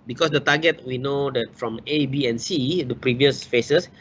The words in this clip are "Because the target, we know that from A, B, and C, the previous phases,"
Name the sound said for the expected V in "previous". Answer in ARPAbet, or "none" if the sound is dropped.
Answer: V